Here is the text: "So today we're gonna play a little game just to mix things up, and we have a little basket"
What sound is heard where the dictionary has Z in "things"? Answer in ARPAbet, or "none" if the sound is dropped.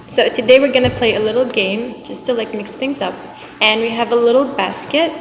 Z